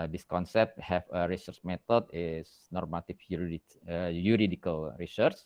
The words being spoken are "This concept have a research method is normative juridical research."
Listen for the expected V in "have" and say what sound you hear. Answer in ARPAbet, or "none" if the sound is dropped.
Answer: F